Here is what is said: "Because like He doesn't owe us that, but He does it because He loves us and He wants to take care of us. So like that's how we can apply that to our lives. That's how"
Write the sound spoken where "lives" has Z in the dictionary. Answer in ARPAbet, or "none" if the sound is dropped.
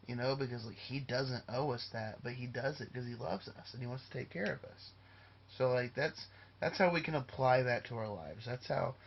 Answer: Z